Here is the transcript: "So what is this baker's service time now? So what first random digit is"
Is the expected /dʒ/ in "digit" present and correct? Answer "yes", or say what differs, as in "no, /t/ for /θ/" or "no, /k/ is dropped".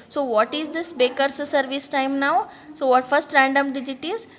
yes